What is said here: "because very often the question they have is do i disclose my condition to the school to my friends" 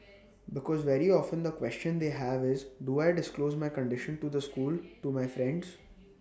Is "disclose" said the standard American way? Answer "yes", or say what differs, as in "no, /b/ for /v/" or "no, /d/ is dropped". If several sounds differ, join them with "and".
yes